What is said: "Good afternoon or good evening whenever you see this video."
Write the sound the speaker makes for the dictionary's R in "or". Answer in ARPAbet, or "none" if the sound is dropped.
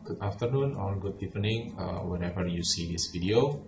L